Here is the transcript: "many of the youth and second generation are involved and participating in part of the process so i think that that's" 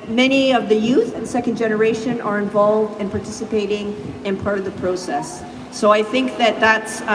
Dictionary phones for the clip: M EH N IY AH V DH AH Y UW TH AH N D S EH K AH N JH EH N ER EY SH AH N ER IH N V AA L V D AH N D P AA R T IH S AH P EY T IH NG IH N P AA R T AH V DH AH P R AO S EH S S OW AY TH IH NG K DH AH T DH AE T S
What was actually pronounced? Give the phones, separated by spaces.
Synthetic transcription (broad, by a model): M EH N IY AH V DH AH Y UW TH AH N S EH K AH N JH EH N ER EY SH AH N ER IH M V AA L V D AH N P AA R T IH S AH P EY T IH NG IH N P AA R T AH V DH AH P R AO S EH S S OW AY TH IH NG K DH AH T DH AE T S